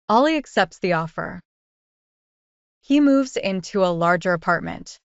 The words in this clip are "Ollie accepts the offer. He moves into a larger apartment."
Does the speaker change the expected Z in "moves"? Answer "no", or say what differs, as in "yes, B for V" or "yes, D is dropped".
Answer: no